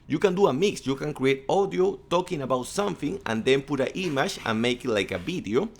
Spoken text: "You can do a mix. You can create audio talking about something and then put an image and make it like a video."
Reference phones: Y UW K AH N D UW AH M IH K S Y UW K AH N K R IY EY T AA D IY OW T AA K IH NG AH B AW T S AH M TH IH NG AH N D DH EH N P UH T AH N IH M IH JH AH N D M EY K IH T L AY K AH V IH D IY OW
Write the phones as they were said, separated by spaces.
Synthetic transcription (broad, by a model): Y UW K AH N D UW AH M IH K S Y UW K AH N K R IY EY T AA D IY OW T AA K IH NG AH B AW T S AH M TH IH NG AH N D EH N P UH T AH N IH M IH SH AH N M EY K IH T L AY K AH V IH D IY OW